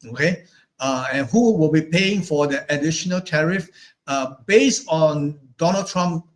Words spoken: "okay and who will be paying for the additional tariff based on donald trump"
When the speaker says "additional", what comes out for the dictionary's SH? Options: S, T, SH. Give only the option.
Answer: SH